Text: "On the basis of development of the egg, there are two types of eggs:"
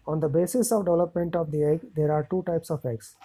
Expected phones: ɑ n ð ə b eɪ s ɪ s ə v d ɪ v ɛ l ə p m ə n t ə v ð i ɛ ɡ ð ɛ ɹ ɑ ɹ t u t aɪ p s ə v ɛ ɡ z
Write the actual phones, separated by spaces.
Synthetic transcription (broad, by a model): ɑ n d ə b eɪ s ɪ s ə v d ɪ v ɛ l ə p m ə n t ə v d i ɛ ɡ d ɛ ɹ ɑ ɹ t u t aɪ p s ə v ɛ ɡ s